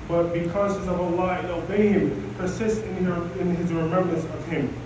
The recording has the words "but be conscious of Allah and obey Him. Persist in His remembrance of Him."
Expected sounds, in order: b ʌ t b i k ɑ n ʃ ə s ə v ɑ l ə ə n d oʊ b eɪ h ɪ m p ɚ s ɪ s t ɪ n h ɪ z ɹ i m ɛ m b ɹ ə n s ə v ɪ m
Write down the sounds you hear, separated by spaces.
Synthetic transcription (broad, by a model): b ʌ t b i k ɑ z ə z ə v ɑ l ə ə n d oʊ b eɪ h ɪ m p ɚ s ɪ s t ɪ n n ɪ z ɹ i m ɛ m b ɹ ə n s ə v ɪ m